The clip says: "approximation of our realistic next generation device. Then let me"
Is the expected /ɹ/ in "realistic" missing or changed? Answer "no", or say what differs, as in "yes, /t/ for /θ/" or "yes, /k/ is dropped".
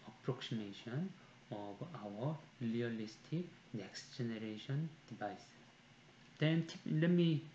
yes, /l/ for /ɹ/